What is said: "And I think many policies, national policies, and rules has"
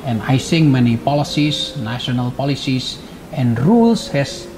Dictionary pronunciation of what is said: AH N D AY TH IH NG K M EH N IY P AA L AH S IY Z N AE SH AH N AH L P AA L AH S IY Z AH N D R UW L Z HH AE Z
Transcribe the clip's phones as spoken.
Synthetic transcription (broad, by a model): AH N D AY S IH NG M EH N IY P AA L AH S IY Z N AE SH AH N AH L P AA L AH S IY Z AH N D R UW L S HH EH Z